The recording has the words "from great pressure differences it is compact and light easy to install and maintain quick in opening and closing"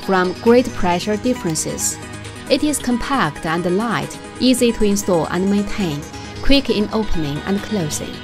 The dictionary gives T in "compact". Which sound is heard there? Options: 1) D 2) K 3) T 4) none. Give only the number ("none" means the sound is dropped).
3